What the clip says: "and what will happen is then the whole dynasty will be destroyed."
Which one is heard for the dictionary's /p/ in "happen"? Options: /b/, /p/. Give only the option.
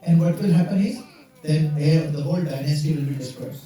/p/